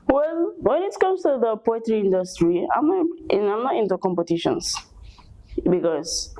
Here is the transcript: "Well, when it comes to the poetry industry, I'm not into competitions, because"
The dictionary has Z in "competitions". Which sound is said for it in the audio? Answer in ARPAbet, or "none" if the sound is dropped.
S